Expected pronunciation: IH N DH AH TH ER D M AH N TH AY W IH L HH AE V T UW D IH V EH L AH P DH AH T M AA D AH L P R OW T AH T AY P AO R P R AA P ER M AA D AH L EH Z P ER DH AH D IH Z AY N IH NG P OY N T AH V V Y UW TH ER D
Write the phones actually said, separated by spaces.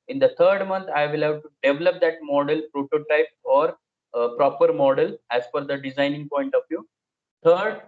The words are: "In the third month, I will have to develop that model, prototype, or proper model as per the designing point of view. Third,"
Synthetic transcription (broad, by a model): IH N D AH T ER D M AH N T AY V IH L HH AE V T UW D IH V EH L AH P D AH T M AA D AH L P R OW T AH T AY P AO R P R AA P ER M AA D AH L EH Z F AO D AH D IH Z AY N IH NG P OY N T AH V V Y UW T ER D